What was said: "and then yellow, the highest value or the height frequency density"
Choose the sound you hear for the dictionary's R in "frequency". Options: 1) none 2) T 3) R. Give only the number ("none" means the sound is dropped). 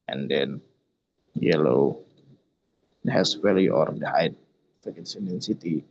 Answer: 1